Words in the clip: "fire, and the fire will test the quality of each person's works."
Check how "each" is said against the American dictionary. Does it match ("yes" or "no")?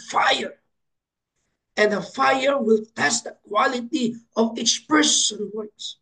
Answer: no